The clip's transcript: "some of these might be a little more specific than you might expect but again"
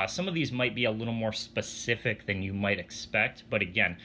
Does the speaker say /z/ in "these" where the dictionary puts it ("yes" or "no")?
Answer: yes